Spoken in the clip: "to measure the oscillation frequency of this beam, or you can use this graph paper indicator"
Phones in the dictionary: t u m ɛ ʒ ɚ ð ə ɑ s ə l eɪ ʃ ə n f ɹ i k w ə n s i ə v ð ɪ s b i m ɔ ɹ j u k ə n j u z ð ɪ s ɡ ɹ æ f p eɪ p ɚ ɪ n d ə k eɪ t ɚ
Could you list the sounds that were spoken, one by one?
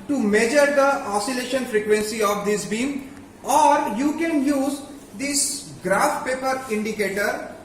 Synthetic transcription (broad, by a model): t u m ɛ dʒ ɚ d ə ɑ s ə l eɪ ʃ ə n f ɹ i k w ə n s i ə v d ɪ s b i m ɔ ɹ j u k ə n j u z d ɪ s ɡ ɹ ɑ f p eɪ p ɚ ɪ n d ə k eɪ t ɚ